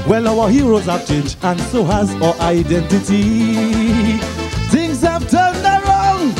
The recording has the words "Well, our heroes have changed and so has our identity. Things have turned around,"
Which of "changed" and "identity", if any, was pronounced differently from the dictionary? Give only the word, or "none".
changed